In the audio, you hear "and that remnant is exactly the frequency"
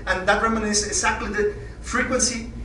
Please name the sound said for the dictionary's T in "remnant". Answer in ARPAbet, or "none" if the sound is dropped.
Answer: none